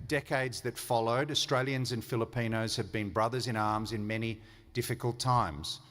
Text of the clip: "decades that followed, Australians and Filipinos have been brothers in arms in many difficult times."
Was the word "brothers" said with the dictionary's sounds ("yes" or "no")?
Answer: yes